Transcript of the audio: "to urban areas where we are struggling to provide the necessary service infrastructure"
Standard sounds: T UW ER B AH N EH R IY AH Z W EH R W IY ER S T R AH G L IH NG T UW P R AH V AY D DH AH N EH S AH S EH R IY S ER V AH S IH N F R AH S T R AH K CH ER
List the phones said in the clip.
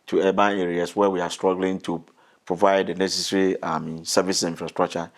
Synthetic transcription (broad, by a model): T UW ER B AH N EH R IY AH S W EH W IY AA S T R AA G L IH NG T UW P R AH V AY D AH N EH S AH S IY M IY S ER V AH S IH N F R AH S T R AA K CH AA